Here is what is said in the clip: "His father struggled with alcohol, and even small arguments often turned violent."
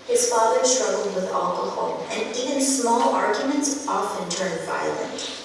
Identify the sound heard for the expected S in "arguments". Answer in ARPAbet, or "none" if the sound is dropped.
S